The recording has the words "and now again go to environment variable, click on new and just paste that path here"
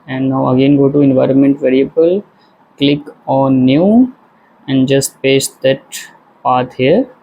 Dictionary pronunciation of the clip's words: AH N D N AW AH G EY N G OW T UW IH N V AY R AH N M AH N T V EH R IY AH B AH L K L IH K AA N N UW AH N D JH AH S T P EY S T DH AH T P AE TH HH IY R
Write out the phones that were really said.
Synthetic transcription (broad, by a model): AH N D N AW AH G EY N G OW T UW IH N V AY R AH N M AH N T V EH R IY AH B AH L K L IH K AA N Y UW AH N D JH AH S T P EY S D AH T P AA T HH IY R